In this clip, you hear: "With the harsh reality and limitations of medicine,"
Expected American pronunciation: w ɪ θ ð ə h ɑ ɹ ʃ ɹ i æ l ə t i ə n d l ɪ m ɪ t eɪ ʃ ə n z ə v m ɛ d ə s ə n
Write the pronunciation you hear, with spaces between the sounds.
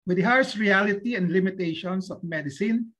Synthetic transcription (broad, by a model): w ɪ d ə h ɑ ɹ s ɹ i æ l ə t i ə n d l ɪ m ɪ t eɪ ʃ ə n s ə f m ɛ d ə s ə n